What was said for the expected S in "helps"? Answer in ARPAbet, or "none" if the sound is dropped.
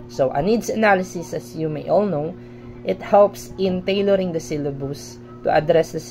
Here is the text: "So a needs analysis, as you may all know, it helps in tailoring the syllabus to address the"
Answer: S